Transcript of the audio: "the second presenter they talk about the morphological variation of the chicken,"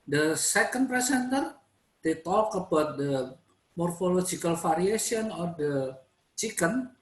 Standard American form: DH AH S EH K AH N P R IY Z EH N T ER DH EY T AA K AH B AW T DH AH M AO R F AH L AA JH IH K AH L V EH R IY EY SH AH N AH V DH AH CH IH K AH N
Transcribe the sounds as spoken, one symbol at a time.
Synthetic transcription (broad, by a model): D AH S EH K AH N P R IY S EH N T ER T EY T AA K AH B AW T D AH M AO R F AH L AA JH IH K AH L F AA R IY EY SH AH N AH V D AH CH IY K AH N